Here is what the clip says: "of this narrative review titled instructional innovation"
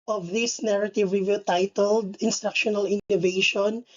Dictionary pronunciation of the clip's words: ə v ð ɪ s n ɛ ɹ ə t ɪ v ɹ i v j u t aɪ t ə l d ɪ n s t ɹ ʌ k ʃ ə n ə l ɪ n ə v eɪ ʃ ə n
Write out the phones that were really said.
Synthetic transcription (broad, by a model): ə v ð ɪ s n ɛ ɹ ə t ɪ v ɹ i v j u t aɪ t ə l d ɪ n s t ɹ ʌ k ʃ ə n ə l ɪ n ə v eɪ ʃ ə n